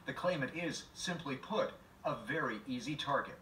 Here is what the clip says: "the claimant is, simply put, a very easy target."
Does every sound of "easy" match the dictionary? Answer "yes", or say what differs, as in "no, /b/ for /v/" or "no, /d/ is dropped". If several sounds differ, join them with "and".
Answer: yes